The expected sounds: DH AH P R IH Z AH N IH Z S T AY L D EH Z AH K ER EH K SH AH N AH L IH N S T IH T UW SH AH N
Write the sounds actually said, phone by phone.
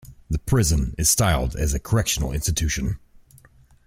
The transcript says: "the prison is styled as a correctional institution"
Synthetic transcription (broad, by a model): DH AH P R IH Z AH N IH Z S T AY L D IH Z AH K ER EH K SH AH N AH L IH N S T IH T UW SH AH N